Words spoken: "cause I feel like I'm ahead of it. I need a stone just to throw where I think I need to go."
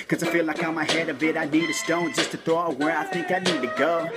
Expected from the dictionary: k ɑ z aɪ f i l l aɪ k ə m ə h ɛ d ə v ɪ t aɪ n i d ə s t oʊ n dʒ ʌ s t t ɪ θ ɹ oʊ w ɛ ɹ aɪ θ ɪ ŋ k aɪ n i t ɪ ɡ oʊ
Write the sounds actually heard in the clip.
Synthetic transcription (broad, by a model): k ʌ z aɪ f i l l aɪ k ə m ə h ɛ d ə b ɪ t aɪ n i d ə s t oʊ n dʒ ʌ s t t ɪ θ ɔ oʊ w ɛ ɹ aɪ θ ɪ ŋ k aɪ n i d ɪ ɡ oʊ